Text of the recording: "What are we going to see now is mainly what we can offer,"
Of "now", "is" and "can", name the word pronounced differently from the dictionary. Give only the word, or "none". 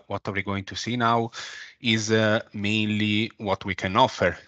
none